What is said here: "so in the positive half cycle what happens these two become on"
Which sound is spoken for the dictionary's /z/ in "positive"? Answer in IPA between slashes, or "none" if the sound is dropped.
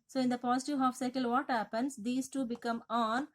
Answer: /s/